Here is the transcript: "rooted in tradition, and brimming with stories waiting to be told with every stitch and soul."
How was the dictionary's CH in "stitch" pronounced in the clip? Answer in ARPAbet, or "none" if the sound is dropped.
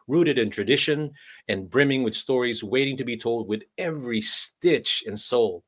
CH